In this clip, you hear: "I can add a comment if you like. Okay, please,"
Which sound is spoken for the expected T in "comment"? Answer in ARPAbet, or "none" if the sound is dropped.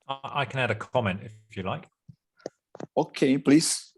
T